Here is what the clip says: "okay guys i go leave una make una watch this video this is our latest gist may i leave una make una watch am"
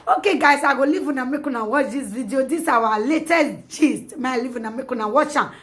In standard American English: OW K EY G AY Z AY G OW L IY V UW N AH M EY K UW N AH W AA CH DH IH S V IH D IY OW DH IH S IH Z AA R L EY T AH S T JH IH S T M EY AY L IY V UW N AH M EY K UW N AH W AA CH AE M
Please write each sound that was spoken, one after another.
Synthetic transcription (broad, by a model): OW K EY G AY S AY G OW L IY V UW N AH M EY K UW N AH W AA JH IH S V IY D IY OW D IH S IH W AA L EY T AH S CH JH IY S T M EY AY L IY V UW N AH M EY K UW N AH W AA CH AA